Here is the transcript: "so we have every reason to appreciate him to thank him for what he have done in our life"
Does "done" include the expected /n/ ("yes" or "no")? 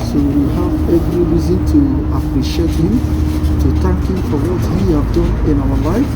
no